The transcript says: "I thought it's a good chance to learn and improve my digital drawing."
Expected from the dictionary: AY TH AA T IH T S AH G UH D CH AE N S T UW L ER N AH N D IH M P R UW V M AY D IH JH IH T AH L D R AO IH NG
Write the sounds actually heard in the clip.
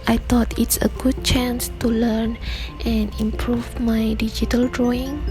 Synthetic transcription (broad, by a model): AY T AA T IH T S AH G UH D CH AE N S T UW L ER N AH N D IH M P R UW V M AY D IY JH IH T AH L D R AO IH NG